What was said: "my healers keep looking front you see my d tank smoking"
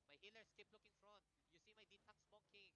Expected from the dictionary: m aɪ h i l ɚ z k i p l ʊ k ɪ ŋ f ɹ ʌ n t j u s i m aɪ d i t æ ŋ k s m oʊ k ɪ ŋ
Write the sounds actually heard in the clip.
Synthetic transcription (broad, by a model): m aɪ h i l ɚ s k i p l ʊ k ɪ ŋ f ɹ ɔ n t j u s i m aɪ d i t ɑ k s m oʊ k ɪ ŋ